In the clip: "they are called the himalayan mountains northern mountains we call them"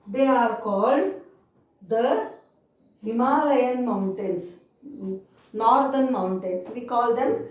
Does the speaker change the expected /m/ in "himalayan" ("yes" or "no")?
no